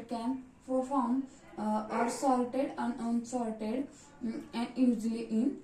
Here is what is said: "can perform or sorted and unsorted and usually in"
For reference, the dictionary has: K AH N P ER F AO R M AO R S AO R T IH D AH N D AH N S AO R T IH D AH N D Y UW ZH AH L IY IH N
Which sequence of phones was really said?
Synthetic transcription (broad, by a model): K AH N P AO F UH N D AO R S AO L T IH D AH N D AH N S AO L T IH D AH N D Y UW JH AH L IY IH N